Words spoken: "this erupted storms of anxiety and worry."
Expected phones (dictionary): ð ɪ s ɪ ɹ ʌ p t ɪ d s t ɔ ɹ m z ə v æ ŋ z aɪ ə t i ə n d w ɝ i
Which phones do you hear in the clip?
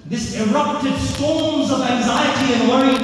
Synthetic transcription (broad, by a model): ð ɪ s ɪ ɹ ʌ p t ɪ d s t ɔ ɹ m z ə v æ ŋ z aɪ ə t i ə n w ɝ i